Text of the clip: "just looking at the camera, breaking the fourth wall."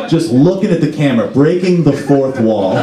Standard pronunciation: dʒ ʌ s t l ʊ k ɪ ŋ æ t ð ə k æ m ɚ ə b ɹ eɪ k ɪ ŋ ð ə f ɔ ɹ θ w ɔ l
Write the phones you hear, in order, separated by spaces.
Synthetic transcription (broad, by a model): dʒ ʌ s t l ʊ k ɪ ŋ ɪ t ð ə k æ m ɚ b ɹ eɪ k ɪ ŋ ð ə f ɔ ɹ θ w ɔ l